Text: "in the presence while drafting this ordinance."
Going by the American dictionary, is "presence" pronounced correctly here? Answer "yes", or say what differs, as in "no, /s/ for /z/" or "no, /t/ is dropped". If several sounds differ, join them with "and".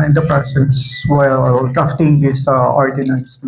no, /s/ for /z/ and /n/ is dropped